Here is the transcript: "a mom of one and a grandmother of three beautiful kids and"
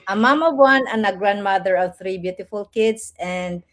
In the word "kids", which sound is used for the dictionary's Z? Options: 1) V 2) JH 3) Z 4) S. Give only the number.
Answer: 4